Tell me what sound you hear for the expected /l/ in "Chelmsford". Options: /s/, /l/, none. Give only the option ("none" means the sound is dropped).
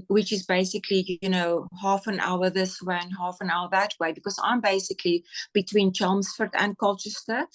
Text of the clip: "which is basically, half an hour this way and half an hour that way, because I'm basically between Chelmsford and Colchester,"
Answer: /l/